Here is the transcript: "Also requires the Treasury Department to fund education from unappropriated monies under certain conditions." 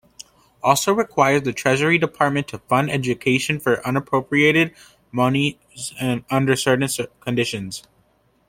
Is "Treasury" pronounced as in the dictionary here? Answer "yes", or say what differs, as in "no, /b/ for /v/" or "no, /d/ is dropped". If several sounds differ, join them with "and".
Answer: yes